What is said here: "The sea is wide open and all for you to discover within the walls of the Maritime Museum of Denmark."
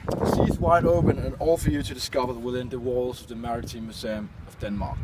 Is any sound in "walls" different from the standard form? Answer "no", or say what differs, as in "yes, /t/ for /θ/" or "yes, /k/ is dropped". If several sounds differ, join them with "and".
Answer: no